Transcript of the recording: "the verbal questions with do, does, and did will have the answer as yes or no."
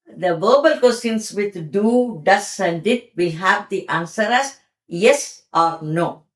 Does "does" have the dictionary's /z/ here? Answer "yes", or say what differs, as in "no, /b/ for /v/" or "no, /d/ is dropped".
no, /s/ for /z/